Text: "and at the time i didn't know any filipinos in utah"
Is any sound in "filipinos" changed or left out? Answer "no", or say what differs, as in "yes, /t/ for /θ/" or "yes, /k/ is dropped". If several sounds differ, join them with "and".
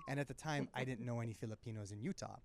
no